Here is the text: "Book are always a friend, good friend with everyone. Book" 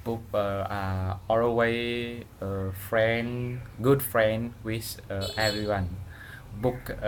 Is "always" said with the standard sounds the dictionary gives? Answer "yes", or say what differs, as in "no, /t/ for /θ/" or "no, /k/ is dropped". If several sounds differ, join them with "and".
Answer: no, /z/ is dropped